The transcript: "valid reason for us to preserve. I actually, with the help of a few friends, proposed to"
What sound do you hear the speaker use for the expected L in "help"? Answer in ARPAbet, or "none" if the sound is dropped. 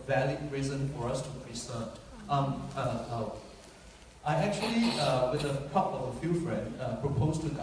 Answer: none